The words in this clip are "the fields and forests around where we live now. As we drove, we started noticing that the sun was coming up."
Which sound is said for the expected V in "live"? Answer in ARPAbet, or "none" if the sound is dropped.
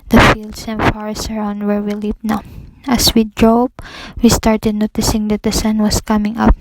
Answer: P